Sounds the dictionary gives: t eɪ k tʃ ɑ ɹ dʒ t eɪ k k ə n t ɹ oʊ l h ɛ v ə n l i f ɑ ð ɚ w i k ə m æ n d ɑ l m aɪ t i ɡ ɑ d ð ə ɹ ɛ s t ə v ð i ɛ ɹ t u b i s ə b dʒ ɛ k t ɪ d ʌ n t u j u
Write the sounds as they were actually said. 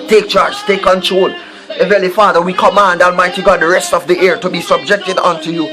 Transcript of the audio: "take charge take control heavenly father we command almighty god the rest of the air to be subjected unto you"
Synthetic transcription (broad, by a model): t eɪ k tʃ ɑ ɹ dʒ t eɪ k k ə n t ɹ oʊ l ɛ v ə l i f ɑ ð ɚ w i k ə m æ n d ɑ l m aɪ t i ɡ ɑ d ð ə ɹ ɛ s t ə v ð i ɛ ɹ t u b i s ə b dʒ ɛ k t ɪ d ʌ n t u j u